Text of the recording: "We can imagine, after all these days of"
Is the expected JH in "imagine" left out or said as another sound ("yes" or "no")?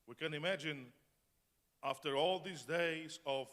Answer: no